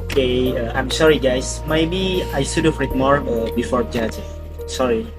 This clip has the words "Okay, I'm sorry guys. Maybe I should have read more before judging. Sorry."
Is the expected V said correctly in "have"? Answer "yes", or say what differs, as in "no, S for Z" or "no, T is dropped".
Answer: no, F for V